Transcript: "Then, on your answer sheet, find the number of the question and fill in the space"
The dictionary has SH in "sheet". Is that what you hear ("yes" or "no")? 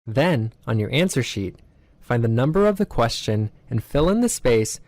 yes